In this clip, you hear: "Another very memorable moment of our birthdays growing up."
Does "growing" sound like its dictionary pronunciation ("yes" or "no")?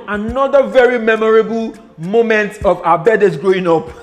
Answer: yes